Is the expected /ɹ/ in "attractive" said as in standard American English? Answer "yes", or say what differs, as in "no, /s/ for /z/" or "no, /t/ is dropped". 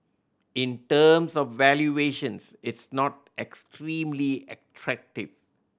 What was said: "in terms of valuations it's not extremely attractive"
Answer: yes